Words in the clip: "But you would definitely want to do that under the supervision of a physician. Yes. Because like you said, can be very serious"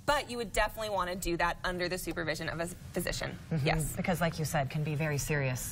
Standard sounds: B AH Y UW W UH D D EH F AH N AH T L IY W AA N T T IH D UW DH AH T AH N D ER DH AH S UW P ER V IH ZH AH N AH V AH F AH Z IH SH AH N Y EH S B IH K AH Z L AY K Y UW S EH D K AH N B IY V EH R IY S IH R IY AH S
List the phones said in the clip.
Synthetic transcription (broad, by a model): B AH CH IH W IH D D EH F AH N AH T L IY W AA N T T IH D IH DH AH T AH N D ER DH AH S UW P ER V IH ZH AH N AH V AH F AH Z IH SH AH N Y EH S B IH K AH Z L AY K Y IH S EH D K AH N B IY V EH R IY S IH R IY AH S